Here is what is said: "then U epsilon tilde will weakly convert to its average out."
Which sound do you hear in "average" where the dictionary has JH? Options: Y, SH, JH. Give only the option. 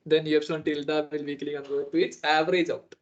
JH